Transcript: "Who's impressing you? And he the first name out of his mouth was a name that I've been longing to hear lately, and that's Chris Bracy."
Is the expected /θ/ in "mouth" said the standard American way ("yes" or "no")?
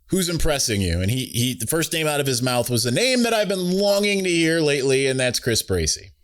yes